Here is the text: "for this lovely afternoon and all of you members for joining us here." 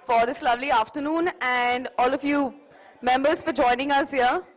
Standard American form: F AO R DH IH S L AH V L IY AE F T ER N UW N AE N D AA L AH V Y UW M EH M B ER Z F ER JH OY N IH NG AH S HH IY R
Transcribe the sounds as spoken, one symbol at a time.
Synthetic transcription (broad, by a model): F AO R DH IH S L AH V L IY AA F T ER N UW N AE N D AA L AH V Y UW M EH M B ER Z F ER JH OY N IH NG AH S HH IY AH